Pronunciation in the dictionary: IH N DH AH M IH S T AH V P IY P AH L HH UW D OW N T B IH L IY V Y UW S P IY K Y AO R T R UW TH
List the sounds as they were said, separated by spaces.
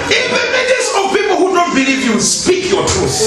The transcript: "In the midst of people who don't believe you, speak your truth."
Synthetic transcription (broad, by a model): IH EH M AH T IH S AH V P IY P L HH UW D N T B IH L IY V Y UW S P IY K Y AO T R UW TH